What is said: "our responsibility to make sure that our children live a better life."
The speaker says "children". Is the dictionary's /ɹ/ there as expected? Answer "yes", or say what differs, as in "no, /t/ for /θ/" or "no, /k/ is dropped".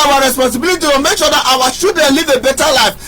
no, /ɹ/ is dropped